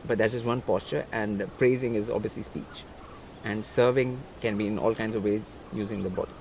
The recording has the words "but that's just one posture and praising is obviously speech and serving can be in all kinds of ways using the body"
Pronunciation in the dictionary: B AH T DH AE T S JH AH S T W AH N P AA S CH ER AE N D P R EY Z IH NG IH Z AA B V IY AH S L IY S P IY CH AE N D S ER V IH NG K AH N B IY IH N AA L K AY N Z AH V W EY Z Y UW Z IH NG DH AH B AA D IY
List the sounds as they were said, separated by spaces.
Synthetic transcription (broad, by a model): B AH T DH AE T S JH AH S T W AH N P AA S CH ER AE N D P R EY Z IH NG IH Z AA B V IY AH S L IY S P IY CH AE N D S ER V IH NG K AH N B IY IH N AA L K AY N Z AH V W EY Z Y UW Z IH NG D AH B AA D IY